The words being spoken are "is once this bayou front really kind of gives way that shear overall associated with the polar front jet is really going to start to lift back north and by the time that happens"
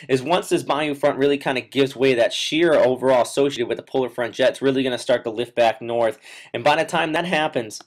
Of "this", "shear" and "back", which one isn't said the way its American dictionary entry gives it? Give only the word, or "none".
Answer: none